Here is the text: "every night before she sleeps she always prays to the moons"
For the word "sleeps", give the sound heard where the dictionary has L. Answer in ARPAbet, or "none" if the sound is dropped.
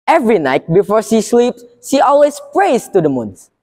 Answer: L